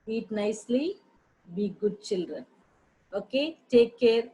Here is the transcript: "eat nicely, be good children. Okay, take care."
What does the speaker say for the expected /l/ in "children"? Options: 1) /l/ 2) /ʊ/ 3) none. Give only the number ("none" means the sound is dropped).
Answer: 1